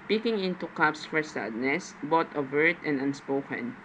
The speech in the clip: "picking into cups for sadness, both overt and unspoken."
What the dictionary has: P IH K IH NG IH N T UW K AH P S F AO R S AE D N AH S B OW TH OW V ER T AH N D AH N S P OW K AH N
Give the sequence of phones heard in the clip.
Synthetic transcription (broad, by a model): P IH K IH NG IH N T UW K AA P S F AO R S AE D N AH S B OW T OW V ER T AH N D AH N S P OW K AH N